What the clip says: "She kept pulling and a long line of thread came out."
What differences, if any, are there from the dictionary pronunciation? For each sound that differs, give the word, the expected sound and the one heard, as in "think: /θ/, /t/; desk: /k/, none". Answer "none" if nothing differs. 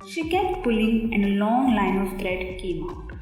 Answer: thread: /θ/, /t/